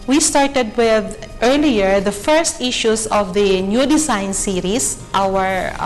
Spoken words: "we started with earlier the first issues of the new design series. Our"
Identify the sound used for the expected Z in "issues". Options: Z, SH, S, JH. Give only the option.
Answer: S